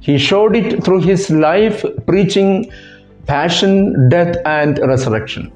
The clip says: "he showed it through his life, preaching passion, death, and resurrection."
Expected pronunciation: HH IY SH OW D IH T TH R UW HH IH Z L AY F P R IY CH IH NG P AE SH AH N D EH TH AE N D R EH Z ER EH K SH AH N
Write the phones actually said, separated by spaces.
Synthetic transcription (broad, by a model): HH IY SH OW D IH T T R UW HH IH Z L AY F P R IY CH IH NG P AE SH AH N D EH T AE N D R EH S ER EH K SH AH N